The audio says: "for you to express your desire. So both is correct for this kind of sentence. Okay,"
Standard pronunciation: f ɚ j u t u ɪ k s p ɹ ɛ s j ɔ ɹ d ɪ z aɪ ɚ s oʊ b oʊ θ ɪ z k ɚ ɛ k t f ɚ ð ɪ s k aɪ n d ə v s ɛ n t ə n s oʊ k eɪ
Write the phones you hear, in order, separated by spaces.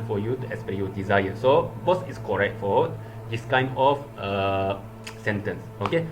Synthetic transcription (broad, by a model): f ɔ j u t u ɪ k s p ɛ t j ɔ d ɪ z aɪ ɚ s oʊ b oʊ s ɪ s k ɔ ɛ k t f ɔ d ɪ s k aɪ n d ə f s ɛ n t ə n s oʊ k eɪ